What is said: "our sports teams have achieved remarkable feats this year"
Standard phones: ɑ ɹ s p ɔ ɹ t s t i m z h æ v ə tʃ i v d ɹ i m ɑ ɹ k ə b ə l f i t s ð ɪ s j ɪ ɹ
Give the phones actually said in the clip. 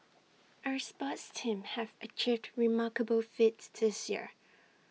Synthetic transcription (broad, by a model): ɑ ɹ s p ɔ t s t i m h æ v ə tʃ i v d ɹ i m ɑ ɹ k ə b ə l f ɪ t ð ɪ s j ɪ ɹ